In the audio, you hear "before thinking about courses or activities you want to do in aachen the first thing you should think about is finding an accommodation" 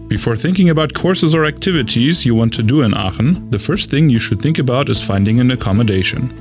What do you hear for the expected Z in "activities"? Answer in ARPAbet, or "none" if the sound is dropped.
Z